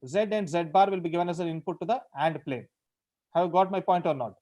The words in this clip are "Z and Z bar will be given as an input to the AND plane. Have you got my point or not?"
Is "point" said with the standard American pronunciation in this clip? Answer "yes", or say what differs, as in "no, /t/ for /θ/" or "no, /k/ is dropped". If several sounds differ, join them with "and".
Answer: yes